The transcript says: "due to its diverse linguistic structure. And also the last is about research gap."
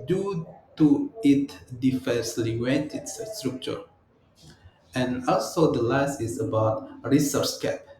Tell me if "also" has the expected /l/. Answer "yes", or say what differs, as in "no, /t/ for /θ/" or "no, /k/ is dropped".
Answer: yes